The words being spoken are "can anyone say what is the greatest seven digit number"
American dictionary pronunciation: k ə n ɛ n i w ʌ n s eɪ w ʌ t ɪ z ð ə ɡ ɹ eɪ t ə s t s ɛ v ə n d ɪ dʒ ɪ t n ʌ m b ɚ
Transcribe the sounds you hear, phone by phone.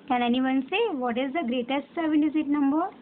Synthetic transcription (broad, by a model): k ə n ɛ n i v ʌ n s eɪ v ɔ t ɪ z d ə ɡ ɹ eɪ t ə s t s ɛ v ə n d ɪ z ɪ t n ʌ m b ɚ